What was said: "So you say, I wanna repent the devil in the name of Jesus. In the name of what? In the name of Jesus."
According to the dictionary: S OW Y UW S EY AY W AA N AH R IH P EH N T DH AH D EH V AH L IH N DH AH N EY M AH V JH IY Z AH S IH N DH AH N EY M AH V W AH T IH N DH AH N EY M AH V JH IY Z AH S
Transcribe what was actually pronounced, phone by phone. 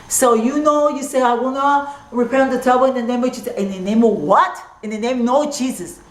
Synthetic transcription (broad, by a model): S OW Y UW S EY AY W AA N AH R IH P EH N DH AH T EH B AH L IH N DH AH N EY M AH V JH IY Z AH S IH N DH AH N EY M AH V W AH T IH N DH AH N EY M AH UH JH IY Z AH S